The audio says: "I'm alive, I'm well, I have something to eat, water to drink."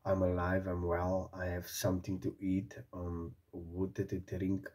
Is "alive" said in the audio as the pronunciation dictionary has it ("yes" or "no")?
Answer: yes